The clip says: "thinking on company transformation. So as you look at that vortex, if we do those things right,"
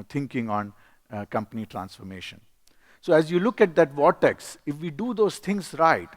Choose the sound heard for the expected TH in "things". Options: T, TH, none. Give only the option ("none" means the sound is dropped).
T